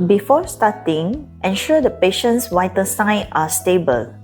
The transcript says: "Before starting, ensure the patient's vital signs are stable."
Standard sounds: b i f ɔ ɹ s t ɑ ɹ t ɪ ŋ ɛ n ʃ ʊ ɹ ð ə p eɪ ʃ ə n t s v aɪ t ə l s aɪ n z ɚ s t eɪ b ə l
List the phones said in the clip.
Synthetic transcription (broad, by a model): b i f ɔ s t ɑ t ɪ ŋ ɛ n ʃ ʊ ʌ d ə p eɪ ʃ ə n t s w aɪ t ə s aɪ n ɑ s t eɪ b ə l